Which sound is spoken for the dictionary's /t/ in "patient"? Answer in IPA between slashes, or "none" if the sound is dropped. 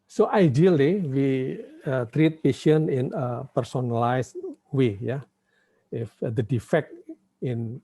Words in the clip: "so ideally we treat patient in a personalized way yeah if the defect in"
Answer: none